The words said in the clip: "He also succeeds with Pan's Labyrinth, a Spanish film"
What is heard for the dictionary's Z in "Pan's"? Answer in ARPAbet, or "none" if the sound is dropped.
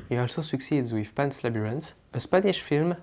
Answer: S